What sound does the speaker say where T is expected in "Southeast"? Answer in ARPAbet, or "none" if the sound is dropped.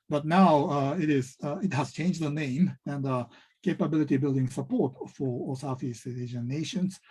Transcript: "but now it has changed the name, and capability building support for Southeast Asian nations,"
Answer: none